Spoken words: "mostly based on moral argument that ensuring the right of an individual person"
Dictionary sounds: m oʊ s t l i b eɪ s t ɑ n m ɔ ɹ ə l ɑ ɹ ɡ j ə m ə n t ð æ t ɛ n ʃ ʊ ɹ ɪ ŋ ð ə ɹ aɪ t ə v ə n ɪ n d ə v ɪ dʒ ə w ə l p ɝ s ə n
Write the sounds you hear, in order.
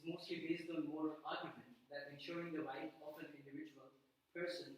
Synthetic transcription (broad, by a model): m oʊ s t l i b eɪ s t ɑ l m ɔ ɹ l ɑ ɹ ɡ j ə m ə n t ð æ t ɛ n ʃ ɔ ɹ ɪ ŋ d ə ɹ aɪ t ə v ə n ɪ n d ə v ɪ dʒ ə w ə l p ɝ s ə n